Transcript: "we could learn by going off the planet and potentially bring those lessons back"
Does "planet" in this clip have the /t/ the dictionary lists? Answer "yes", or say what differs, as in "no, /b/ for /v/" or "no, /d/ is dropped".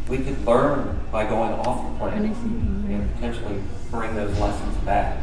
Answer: no, /t/ is dropped